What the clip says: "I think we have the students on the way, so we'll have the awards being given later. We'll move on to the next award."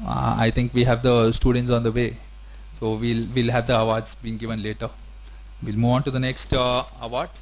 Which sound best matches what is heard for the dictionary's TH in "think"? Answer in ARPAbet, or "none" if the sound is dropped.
T